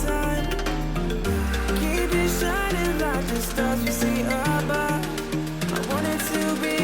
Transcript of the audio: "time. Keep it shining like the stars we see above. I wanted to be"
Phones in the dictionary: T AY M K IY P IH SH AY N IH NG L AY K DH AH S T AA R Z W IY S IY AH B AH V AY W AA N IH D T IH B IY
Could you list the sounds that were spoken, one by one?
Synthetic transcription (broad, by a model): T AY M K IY B IH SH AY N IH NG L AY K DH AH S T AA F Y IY S IY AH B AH AY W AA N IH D T IH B IY